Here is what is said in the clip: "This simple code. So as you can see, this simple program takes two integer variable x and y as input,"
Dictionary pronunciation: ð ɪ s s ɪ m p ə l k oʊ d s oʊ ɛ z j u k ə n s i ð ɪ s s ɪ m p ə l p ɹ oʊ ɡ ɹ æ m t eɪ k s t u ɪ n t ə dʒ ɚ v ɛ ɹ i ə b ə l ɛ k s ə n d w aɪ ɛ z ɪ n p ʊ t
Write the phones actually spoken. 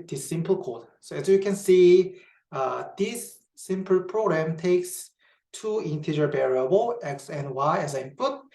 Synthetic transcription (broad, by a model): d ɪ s s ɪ m p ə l k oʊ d s oʊ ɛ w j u k ə n s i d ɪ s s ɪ m p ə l p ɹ oʊ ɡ ɹ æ m t eɪ k s t u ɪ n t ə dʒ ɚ b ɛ ɹ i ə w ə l ɛ k s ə n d w aɪ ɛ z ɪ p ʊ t